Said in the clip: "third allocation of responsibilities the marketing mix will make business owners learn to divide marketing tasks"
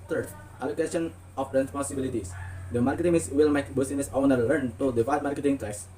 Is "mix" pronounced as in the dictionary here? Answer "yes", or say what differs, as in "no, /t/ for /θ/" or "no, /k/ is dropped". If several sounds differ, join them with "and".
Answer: no, /k/ is dropped